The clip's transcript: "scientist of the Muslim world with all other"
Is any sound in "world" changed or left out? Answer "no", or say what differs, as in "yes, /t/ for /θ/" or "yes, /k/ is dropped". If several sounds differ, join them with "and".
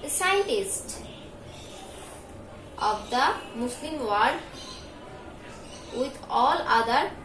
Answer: yes, /l/ is dropped